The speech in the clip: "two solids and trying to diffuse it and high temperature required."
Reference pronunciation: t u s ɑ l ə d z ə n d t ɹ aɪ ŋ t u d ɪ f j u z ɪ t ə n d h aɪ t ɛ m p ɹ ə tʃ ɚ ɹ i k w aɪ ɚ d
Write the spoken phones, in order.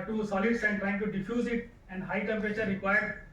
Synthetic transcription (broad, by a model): t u s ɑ l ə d s ə n d t ɹ aɪ ŋ t u d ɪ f j u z ɪ t ə n d h aɪ t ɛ m p ɹ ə tʃ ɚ ɹ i k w aɪ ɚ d